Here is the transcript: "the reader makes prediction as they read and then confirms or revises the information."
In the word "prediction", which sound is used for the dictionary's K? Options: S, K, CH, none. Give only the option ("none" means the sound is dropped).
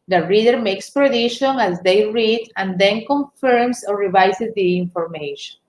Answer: none